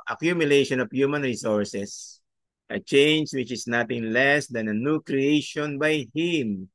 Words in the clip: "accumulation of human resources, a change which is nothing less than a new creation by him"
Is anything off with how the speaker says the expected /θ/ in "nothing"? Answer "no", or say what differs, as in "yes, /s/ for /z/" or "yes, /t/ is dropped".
yes, /t/ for /θ/